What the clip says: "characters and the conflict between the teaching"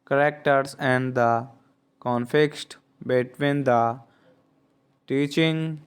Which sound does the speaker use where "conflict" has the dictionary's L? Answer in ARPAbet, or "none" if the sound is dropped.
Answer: none